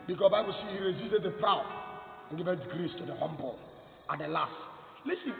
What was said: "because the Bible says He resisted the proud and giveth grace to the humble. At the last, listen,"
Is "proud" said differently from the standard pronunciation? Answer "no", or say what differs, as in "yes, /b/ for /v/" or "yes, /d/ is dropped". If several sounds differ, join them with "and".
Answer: no